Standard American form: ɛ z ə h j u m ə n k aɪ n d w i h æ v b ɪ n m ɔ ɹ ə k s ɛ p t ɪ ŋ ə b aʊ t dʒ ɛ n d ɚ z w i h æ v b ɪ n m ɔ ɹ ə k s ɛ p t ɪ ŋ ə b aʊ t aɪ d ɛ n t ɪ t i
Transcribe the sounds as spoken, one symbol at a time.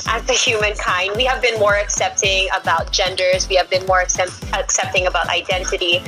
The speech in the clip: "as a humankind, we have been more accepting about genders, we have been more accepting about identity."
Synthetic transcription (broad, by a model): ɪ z ə h j u m ə n k aɪ n d w i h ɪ v b ɪ n m ɔ ɹ ə k s ɛ p t ɪ ŋ ə b aʊ t dʒ ɛ n d ɚ z w i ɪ v b ɪ n m ɔ ɹ ə k s ɛ p t ɪ ŋ ə b aʊ t aɪ d ɛ n t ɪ t i